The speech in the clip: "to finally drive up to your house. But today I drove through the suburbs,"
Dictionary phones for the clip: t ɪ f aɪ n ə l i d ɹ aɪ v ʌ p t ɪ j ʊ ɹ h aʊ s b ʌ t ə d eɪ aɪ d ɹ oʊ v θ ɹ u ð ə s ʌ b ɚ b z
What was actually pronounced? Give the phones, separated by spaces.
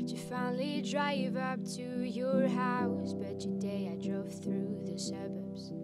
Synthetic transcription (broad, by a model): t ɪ f aɪ n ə l i d ɹ aɪ v ʌ p t ɪ j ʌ ɹ h aʊ s b ʌ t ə d eɪ aɪ d ɹ oʊ v θ ɹ u ð ə s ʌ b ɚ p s